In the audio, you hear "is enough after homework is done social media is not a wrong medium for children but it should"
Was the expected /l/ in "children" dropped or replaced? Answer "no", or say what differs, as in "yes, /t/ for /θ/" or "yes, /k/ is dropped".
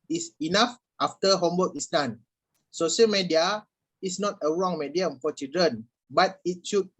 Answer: yes, /l/ is dropped